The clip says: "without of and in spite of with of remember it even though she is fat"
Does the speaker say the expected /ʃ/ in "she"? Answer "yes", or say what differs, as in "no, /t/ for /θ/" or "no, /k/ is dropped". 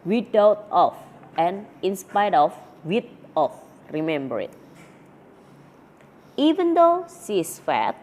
no, /s/ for /ʃ/